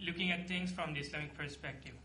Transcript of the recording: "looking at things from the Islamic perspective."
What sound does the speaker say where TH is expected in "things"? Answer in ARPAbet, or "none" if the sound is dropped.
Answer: T